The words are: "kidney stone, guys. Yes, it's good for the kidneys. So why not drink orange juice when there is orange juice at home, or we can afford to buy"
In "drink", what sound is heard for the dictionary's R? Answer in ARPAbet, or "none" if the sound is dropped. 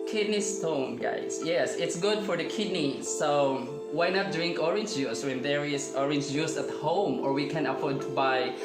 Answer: R